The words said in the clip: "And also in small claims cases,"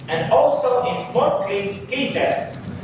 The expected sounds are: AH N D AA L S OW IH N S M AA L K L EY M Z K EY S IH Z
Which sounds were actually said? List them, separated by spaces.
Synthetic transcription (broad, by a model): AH N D AA L S OW IH N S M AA N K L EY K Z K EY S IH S